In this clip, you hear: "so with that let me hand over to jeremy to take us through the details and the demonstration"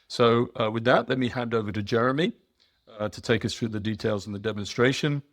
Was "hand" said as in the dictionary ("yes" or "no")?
yes